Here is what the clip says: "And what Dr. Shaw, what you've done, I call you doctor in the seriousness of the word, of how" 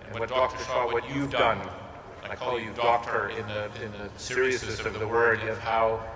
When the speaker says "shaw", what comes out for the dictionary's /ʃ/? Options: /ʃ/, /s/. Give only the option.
/s/